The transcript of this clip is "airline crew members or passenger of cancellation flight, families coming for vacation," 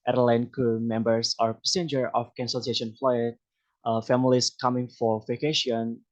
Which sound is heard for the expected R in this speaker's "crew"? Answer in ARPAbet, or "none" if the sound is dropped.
none